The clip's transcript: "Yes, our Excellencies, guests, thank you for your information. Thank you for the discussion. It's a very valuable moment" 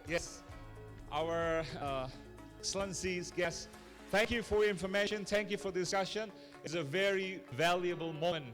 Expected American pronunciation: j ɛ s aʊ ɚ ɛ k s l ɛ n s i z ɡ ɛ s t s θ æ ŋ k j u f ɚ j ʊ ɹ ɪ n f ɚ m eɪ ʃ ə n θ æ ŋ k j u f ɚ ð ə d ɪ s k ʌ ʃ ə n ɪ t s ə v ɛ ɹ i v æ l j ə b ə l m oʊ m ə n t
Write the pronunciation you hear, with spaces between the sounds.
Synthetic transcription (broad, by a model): j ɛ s aʊ ɚ s l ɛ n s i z ɡ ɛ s s θ æ ŋ k j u f ɚ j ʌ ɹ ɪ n f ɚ m eɪ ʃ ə n θ æ ŋ k j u f ɚ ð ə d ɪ s k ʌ ʃ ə n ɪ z ə v ɛ ɹ i v æ l j ə b ə l m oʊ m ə n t